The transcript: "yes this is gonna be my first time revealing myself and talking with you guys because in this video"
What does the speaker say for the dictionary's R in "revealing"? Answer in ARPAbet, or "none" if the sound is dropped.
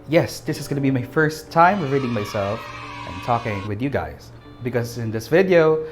W